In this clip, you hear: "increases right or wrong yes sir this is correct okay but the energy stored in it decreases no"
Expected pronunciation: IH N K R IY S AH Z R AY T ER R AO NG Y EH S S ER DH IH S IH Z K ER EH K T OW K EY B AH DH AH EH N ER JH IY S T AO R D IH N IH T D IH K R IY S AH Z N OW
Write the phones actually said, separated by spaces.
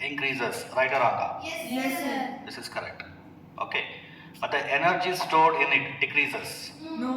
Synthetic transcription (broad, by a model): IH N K R IY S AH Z R AY T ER R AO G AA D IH S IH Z K ER EH K T OW K EY B AH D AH EH N ER JH IY S T AO R D IH N IH T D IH K R IY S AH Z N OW